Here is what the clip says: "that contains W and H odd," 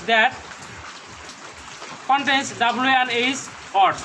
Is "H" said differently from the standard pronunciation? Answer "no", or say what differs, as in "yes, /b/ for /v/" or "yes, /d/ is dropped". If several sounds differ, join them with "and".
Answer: yes, /s/ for /tʃ/